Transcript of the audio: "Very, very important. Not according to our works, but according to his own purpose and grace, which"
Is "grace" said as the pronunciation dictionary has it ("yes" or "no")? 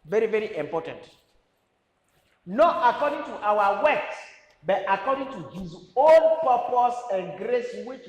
yes